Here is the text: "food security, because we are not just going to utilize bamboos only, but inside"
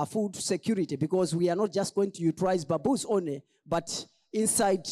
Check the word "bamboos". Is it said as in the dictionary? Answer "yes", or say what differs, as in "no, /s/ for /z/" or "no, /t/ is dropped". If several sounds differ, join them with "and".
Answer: no, /m/ is dropped